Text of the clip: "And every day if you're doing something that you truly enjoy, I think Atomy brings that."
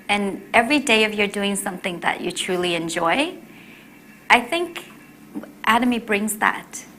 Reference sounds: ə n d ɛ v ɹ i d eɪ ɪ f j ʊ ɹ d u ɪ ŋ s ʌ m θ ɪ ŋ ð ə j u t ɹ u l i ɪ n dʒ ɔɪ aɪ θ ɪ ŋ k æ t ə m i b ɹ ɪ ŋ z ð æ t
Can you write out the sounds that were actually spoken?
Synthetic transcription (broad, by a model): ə n ɛ v ɹ i d eɪ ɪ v j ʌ ɹ d u ɪ ŋ s ʌ m θ ɪ ŋ ð ə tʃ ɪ t ɹ u l i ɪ n dʒ ɔɪ aɪ θ ɪ ŋ k æ t ə m i b ɹ ɪ ŋ z ð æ t